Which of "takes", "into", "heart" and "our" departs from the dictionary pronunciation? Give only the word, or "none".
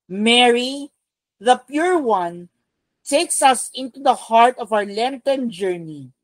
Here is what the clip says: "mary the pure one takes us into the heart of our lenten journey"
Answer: none